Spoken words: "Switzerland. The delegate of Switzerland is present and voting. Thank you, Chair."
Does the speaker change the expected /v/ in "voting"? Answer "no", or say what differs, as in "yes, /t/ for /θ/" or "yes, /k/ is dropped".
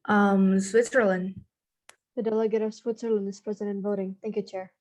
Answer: no